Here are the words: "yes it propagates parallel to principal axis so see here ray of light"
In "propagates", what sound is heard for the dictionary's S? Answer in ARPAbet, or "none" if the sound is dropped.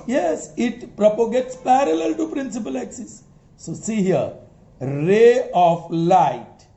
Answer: S